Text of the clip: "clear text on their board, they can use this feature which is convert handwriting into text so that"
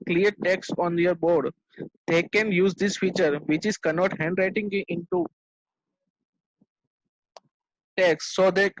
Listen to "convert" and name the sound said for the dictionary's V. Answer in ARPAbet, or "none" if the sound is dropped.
none